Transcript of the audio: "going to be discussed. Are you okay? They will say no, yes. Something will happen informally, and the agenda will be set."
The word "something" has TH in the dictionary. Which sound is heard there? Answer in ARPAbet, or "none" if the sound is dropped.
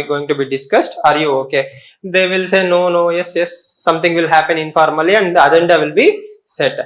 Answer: T